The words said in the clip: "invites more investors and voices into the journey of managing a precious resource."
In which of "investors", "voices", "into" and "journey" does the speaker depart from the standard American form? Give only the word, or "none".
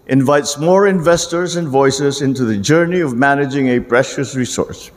none